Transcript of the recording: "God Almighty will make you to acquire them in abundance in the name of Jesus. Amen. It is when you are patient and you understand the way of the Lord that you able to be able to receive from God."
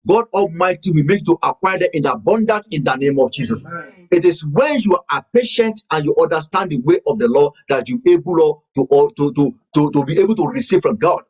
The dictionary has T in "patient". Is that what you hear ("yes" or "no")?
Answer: yes